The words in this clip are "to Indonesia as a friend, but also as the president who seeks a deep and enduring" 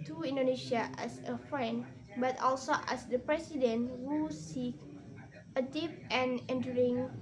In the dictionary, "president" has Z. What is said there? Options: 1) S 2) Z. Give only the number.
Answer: 1